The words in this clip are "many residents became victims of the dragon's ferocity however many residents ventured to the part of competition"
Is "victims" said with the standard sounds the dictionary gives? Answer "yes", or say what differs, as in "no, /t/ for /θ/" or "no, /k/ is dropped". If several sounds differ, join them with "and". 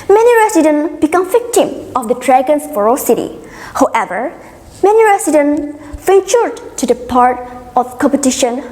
no, /z/ is dropped